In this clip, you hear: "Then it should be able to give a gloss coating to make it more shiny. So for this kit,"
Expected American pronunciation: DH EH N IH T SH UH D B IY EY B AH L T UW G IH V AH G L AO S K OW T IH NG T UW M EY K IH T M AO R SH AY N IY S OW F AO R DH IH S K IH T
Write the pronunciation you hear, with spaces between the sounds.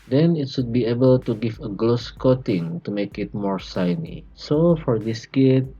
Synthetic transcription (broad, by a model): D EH N IH T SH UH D B IY EY B AH L T UW G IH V AH G L AO S K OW T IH NG T UW M EY K IH T M AO R S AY N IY S OW F AO R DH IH S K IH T